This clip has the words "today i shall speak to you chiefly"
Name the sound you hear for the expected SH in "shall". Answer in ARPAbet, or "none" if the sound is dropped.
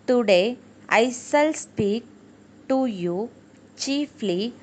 S